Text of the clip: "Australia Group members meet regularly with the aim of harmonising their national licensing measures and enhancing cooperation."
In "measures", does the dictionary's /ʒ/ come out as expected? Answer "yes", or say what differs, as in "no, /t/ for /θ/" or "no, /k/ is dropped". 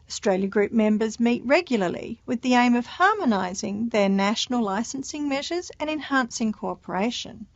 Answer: yes